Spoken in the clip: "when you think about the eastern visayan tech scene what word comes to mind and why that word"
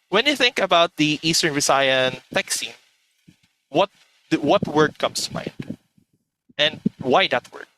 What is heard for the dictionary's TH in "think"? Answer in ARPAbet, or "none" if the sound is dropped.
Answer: TH